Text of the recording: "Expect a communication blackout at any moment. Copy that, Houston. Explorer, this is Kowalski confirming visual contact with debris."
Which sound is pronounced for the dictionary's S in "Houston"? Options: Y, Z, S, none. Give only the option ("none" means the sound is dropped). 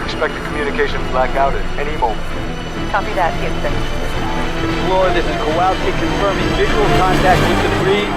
none